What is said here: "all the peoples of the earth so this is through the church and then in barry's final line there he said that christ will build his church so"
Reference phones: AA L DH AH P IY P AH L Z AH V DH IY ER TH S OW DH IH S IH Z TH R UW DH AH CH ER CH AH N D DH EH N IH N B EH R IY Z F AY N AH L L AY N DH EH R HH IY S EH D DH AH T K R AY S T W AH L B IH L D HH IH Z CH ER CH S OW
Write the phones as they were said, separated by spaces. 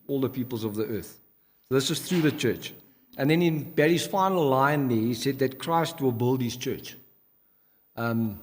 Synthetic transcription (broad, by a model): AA L DH AH P IY P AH L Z AH V DH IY ER TH S OW DH IH S IH Z TH R UW DH AH CH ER CH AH N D DH EH N IH N B EH R IY Z F AY N AH L L AY N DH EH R HH IY S EH D DH AH T K R AY S T W AH L B IH L D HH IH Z CH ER CH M